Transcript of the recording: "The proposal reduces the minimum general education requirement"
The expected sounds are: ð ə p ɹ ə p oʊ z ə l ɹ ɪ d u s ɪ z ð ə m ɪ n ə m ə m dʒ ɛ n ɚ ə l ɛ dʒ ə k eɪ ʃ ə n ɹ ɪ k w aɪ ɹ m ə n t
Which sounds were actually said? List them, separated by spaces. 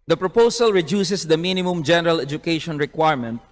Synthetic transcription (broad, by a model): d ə p ɹ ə p oʊ s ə l ɹ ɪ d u s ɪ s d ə m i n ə m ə m dʒ ɛ n ɚ ə l ɛ dʒ ə k eɪ ʃ ə n ɹ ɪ k w aɪ ɹ m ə n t